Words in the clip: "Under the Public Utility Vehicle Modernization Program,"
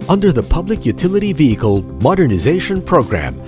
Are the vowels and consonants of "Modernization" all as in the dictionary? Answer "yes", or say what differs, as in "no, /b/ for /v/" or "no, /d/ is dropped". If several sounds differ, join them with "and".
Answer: yes